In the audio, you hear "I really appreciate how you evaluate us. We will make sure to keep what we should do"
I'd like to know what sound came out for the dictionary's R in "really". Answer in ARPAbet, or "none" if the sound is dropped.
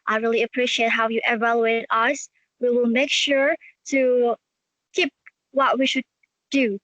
R